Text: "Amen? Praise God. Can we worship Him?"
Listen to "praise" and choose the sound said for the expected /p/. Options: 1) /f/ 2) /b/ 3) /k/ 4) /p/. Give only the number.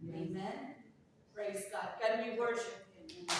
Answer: 4